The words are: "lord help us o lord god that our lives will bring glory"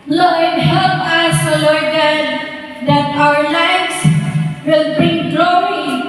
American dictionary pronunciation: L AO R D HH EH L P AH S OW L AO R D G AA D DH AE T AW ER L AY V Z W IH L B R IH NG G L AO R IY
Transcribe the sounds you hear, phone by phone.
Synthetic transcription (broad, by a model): L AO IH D HH EH L P AH S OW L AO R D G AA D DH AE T AW ER L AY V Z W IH L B IY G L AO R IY